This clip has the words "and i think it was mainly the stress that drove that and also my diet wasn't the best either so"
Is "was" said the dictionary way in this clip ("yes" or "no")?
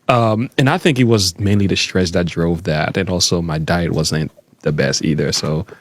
yes